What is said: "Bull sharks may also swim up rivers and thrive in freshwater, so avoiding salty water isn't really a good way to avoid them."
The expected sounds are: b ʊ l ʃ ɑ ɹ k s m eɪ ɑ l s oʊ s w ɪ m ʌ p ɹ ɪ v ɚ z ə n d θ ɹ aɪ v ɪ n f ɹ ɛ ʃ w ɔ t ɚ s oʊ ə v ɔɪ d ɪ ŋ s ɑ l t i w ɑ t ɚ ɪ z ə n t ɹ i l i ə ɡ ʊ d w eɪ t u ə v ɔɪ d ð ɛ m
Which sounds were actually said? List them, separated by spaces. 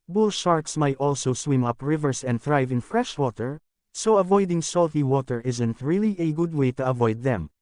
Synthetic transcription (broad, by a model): b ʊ l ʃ ɑ ɹ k s m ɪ ɑ l s oʊ s w ɪ m ʌ p ɹ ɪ v ɚ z ə n d θ ɹ aɪ v ɪ n f ɹ ɛ ʃ w ɔ t ɚ s oʊ ə v ɔɪ d ɪ ŋ s ɑ l t i w ɑ t ɚ ɪ z ə n t ɹ i l i ə ɡ ʊ d w eɪ t u ə v ɔɪ d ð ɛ m